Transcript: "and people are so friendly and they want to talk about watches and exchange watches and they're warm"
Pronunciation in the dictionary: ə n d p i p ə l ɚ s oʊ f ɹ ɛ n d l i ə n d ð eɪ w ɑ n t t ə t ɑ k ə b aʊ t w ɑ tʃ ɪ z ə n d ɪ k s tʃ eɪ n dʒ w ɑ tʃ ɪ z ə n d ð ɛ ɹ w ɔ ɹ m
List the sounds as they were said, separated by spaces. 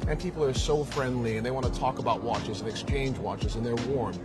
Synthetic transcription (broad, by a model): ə n p i p l ɚ s oʊ f ɹ ɛ n d l i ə n ð eɪ w ɑ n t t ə t ɑ k ə b aʊ t w ɑ tʃ ɪ z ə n ɪ k s tʃ eɪ n dʒ w ɑ tʃ ɪ z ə n ð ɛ ɹ w ɔ ɹ m